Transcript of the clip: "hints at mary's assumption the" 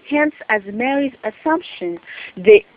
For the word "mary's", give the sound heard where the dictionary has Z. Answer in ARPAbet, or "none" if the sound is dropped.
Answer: Z